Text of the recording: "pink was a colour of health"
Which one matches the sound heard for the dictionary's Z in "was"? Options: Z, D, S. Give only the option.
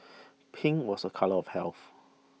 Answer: S